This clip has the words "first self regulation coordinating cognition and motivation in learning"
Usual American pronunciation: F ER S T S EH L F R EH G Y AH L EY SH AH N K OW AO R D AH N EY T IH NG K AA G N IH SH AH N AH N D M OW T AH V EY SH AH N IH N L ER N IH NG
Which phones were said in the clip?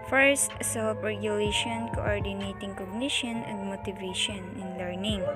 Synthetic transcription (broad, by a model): F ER S T S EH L P R EH G Y AH L EY SH AH N K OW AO R D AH N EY T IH NG K AA G N IH SH AH N AH N D M OW T AH V EY SH AH N IH N L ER N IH NG